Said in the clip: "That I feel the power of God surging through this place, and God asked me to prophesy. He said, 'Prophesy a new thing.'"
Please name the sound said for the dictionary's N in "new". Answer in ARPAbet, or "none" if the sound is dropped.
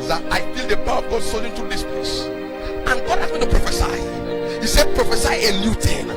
L